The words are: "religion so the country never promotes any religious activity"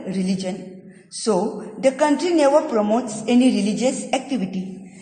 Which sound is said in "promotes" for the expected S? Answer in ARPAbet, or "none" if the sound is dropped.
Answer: S